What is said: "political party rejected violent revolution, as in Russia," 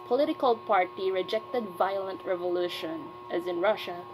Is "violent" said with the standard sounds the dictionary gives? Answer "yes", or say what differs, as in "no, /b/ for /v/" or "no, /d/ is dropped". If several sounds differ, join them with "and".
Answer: yes